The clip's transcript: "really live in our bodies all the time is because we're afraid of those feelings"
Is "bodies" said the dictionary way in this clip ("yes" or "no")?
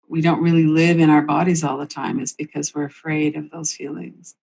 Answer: yes